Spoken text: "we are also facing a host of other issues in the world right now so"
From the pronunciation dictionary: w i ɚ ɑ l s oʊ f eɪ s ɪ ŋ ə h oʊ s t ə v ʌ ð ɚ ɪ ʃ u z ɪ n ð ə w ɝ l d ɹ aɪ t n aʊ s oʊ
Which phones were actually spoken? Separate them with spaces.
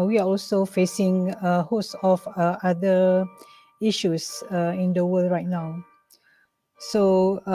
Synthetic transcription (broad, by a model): w i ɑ ɑ l s oʊ f eɪ s ɪ ŋ ə h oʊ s ə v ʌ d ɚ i ʃ u s ɪ n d ə w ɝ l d ɹ aɪ t n aʊ s oʊ